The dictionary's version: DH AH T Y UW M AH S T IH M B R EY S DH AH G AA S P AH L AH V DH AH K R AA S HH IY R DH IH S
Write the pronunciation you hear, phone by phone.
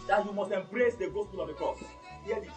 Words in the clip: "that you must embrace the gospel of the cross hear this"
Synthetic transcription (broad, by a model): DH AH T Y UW M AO S T IH M B R EY S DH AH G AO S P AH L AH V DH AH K AA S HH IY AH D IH